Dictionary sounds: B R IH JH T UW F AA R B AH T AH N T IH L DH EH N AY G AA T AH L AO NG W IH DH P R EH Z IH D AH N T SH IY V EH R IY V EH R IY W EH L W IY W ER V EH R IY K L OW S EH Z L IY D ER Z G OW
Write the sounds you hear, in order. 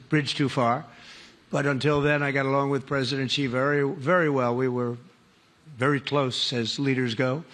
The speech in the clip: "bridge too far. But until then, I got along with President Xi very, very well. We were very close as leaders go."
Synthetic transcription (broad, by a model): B R IH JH T UW F AA R B AH T AH N T IH L DH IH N AY G AA T AH L AO NG W IH DH P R EH Z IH D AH N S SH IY V EH R IY V EH R IY W EH L W IY W ER V EH R IY K L OW S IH Z L IY D ER Z G OW